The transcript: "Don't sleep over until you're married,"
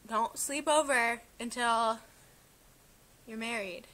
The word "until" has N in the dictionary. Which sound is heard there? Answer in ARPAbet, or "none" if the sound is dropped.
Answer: N